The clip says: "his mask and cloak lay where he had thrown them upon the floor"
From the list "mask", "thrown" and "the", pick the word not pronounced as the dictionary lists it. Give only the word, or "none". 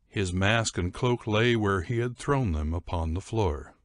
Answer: none